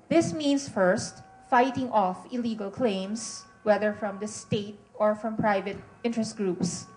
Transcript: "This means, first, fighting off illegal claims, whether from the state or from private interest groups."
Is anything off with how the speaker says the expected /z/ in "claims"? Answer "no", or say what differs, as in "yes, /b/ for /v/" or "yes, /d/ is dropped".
yes, /s/ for /z/